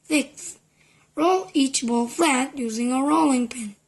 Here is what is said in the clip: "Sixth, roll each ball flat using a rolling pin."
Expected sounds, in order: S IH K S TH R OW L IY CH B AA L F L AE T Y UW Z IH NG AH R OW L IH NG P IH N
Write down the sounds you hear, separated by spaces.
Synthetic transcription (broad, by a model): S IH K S R OW L IY CH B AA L F L AE T Y UW Z IH NG AH R OW L IH NG P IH N